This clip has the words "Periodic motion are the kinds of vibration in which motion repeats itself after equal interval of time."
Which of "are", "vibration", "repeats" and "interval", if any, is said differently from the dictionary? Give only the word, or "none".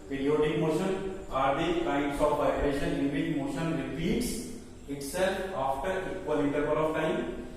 interval